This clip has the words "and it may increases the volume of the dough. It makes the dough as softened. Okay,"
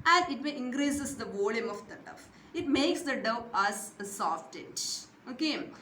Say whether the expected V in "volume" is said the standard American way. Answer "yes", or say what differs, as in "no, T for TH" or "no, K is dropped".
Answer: yes